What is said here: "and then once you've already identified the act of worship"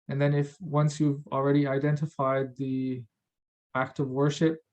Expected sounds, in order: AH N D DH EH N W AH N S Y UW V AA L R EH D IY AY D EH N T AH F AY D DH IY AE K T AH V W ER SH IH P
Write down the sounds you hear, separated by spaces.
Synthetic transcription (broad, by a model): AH N DH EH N W AH N S Y UW V L R EH D IY AY D EH N T AH F AY D DH IY AE K T AH V W ER SH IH P